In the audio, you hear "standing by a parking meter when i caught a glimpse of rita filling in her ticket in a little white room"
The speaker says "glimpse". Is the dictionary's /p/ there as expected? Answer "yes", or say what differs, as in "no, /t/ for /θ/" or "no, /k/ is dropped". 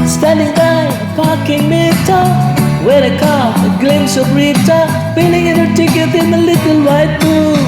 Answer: no, /p/ is dropped